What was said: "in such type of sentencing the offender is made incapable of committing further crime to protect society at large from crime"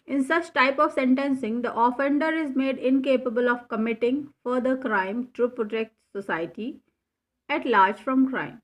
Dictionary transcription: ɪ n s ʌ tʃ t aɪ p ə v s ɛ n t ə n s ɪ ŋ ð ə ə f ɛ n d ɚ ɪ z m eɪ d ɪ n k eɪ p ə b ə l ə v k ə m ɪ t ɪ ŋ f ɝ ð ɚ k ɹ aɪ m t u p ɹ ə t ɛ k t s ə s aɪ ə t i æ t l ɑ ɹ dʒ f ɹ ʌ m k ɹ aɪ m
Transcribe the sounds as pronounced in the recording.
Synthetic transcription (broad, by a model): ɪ n s ʌ tʃ t aɪ p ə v s ɛ n t ə n s ɪ ŋ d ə ə f ɛ n d ɚ ɪ z m eɪ d ɪ n k eɪ p ə b ə l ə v k ə m ɪ t ɪ ŋ f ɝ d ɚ k ɹ aɪ m t u p ɹ ə t ɛ k t s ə s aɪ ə t i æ t l ɑ ɹ dʒ f ɹ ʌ m k ɹ aɪ m